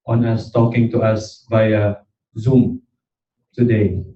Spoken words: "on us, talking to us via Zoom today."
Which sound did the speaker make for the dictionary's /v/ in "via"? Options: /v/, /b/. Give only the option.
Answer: /b/